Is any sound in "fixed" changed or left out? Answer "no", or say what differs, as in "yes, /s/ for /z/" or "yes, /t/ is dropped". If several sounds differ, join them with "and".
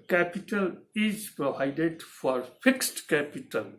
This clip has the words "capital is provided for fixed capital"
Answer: no